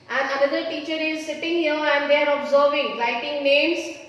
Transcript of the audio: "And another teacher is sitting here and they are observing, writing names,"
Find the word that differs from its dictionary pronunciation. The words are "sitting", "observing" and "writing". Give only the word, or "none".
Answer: writing